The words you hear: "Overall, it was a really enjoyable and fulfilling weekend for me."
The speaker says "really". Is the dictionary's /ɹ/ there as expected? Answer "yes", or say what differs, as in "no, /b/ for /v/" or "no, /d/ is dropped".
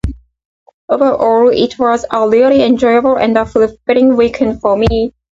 no, /l/ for /ɹ/